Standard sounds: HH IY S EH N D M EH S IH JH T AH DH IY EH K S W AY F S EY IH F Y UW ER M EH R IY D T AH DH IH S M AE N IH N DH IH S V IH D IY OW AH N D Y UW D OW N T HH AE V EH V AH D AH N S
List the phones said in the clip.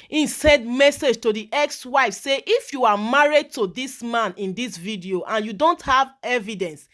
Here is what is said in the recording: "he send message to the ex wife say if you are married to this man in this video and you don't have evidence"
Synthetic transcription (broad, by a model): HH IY S EH N D M EH S IH JH T AH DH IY EH K S W AY F S EY IH F Y UW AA M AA R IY D T AH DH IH S M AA N IH N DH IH S V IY D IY OW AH N Y UW D OW N T HH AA V EH V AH D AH N S